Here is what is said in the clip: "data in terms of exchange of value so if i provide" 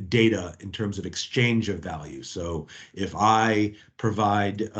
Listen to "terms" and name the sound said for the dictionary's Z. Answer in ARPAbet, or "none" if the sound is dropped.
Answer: Z